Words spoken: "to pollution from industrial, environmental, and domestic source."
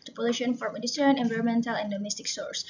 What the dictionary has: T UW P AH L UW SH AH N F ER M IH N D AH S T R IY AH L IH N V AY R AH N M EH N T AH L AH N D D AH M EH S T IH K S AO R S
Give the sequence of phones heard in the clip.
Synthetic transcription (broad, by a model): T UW P AH L UW SH AH N F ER M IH D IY T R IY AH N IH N V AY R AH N M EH N T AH L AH N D D AH M EH S T IH K S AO R S